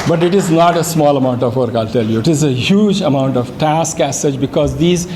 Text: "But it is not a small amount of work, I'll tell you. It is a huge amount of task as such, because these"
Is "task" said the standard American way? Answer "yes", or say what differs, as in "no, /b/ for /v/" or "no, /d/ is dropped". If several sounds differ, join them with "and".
yes